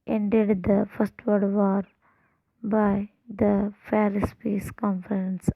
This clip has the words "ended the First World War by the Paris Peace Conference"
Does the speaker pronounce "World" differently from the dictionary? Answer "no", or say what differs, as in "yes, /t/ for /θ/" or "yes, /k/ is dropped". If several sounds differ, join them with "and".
yes, /l/ is dropped